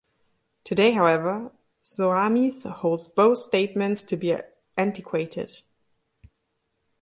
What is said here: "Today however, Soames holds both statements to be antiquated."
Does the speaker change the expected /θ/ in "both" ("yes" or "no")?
no